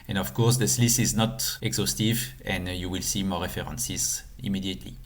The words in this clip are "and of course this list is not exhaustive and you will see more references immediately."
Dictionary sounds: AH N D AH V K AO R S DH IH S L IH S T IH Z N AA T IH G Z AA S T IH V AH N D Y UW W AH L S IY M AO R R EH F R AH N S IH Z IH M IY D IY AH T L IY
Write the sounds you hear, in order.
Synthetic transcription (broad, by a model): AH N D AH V K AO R S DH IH S L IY S IH Z N AA T IH G Z AA S T IH V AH N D Y UW W AH L S IY M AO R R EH F R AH N S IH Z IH M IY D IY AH T L IY